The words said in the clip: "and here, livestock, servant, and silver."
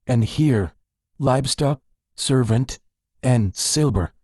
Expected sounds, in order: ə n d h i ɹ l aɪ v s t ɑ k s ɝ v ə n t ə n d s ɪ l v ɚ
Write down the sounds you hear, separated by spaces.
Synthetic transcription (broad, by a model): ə n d h i ɹ l aɪ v s t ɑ k s ɝ v ə n t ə n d s ɪ l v ɚ